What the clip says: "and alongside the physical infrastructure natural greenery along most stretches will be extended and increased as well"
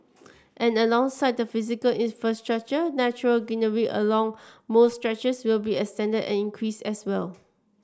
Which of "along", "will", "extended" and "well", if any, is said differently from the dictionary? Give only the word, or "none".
extended